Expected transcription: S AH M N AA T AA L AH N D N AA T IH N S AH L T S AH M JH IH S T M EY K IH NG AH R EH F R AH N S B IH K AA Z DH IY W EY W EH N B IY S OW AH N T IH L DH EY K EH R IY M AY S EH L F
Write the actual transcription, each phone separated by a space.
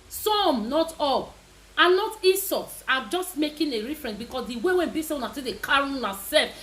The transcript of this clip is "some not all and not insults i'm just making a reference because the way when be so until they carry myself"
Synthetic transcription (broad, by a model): S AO M N AA T AA L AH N N AA T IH S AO T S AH JH IH S T M EY K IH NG AH R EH F R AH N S B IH K AA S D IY W EY W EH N B IY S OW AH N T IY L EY K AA R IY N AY S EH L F